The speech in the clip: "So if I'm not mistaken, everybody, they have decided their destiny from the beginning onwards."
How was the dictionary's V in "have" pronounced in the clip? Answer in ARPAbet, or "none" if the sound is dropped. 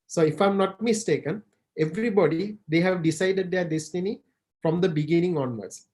V